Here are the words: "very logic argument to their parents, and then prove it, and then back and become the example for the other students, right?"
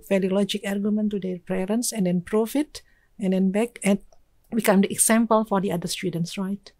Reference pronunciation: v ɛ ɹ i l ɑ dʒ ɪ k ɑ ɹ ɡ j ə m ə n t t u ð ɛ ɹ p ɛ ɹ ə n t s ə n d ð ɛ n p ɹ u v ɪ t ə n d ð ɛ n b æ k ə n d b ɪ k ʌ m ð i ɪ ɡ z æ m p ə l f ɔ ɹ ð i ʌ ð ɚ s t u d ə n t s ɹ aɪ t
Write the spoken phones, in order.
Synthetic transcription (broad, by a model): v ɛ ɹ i l ɑ dʒ ɪ k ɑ ɹ ɡ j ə m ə n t t u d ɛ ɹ p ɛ ɹ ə n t s ə n d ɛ n p ɹ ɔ f ɪ t ə n d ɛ n b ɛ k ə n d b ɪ k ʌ m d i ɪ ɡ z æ m p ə l f ɔ ɹ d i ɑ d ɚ s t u d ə n t s ɹ aɪ t